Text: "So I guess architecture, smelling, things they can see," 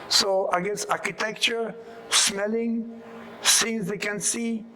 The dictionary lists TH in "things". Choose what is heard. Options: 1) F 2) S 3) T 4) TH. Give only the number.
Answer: 2